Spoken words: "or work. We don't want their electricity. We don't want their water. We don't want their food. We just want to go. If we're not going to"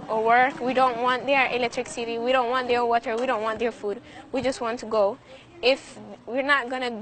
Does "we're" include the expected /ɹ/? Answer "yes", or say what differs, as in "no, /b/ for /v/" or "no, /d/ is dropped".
yes